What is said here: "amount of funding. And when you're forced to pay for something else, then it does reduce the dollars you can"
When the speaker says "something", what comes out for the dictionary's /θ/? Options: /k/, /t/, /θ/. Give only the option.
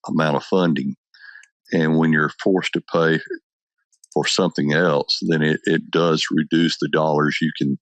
/θ/